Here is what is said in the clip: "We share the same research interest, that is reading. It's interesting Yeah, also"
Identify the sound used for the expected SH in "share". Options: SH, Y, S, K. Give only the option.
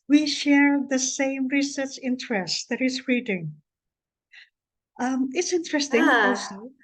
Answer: SH